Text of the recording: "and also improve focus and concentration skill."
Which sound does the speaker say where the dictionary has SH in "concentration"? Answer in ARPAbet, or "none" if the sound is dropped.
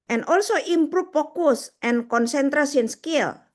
S